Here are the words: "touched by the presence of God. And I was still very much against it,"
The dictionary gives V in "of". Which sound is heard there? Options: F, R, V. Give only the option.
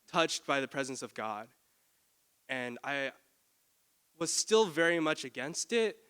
V